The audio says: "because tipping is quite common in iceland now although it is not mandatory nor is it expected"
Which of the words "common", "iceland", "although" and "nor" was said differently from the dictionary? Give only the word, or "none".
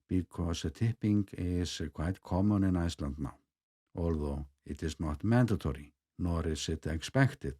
none